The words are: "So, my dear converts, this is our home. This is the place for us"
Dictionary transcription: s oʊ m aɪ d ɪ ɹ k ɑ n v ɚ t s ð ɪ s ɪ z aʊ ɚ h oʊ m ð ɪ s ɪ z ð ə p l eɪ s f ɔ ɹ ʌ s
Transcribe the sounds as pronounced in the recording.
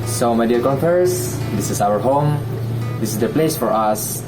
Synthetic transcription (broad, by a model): s oʊ m aɪ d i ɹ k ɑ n f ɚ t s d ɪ s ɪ s aʊ ɚ h oʊ m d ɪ s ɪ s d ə p l eɪ s f ɔ ɹ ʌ s